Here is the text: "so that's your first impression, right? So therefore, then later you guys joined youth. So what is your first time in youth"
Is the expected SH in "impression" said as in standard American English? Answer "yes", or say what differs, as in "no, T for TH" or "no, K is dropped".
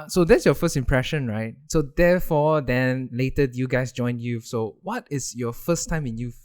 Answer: yes